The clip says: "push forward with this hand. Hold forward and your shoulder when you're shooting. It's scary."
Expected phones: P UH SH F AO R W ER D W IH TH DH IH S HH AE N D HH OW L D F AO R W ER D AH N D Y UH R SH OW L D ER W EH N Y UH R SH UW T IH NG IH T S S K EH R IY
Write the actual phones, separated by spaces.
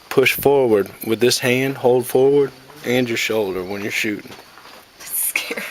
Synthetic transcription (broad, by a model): P UH SH F AO R W ER D W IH DH IH S HH AE N D HH OW L D F AO R W ER D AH N Y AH R SH OW L D ER W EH N Y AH R SH UW T IH NG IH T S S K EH